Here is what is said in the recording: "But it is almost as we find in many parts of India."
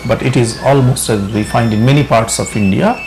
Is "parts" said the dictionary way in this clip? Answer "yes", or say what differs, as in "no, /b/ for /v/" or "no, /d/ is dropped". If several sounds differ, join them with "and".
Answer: yes